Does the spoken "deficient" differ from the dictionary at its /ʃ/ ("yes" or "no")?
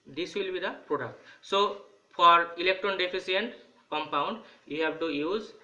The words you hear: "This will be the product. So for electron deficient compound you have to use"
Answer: yes